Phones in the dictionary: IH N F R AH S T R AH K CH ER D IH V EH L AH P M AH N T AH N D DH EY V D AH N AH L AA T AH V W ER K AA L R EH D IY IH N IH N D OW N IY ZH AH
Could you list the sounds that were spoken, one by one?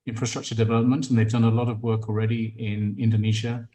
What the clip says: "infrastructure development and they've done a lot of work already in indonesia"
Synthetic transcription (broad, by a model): IH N F R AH S T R AH K CH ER D IH V EH L AH P M AH N T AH N DH EY V D AH N AH L AA T AH V W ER K AA L R EH D IY IH N IH N D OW N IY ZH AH